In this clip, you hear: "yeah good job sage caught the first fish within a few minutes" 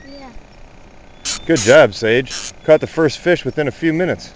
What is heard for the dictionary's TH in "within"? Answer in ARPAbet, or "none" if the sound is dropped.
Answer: TH